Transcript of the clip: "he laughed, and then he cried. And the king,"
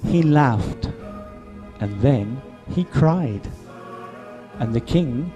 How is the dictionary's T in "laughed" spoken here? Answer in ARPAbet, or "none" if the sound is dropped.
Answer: T